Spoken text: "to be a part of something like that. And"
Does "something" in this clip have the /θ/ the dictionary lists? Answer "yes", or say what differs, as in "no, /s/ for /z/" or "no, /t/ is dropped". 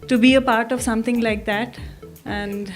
no, /t/ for /θ/